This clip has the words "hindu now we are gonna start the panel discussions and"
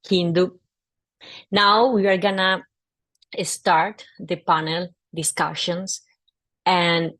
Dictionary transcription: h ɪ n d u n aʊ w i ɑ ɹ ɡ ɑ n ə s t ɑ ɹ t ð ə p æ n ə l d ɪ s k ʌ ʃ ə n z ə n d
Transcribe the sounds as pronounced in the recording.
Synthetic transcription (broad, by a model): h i n d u n aʊ w i ɑ ɹ ɡ ɑ n ə s t ɑ ɹ t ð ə p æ n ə l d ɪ s k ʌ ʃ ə n s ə n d